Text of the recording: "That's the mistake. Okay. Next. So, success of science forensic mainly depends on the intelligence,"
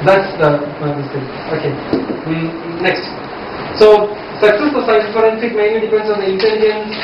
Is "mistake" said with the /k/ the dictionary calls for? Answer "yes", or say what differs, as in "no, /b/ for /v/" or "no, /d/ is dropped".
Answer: no, /k/ is dropped